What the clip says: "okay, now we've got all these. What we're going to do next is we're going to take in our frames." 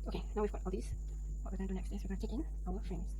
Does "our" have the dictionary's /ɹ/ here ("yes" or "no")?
no